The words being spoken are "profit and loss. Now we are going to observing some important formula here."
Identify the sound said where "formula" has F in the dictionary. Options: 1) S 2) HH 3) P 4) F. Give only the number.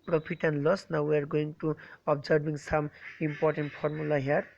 3